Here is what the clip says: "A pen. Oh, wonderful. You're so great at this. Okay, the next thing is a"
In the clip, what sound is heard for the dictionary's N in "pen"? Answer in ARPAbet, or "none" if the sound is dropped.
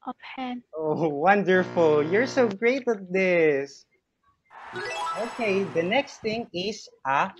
none